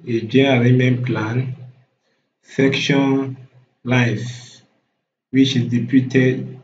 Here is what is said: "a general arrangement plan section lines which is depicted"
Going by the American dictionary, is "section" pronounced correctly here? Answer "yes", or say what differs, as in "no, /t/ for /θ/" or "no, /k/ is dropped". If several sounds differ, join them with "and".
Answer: yes